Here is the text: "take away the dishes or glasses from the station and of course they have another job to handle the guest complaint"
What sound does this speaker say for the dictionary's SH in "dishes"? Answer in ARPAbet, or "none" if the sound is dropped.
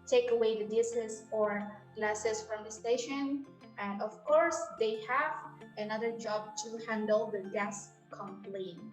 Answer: S